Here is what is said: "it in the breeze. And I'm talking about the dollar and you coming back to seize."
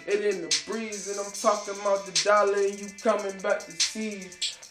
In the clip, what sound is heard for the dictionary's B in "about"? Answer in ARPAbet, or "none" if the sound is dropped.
none